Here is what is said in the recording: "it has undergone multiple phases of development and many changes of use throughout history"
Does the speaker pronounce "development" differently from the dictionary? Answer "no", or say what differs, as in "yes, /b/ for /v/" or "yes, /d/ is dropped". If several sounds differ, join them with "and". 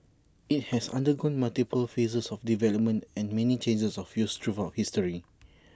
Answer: no